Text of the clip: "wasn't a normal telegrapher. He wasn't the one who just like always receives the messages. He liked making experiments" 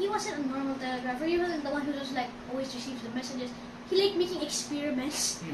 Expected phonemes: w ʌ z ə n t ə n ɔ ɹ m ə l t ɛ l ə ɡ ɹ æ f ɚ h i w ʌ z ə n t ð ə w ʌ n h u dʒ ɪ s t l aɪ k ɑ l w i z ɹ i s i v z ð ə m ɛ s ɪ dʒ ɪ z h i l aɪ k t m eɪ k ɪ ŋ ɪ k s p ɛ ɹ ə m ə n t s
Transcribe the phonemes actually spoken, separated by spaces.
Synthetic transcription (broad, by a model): w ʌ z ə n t ə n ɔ ɹ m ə l t ɛ l ə ɡ ɹ æ f ɚ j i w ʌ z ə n ð ə w ʌ n h u z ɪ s l aɪ k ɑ l w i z ɹ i s i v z ð ə m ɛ s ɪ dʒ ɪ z h i l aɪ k m eɪ k ɪ ŋ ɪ k s p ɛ ɹ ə m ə n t s